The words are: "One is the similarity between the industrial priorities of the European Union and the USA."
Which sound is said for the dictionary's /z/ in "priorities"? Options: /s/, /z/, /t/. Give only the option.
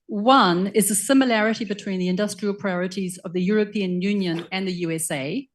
/z/